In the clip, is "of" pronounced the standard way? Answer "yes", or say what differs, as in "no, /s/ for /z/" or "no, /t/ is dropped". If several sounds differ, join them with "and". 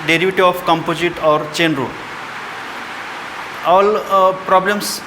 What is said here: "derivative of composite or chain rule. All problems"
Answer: no, /p/ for /v/